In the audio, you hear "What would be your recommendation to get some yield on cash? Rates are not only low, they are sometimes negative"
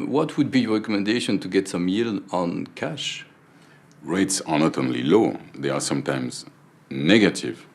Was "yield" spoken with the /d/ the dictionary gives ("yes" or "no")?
no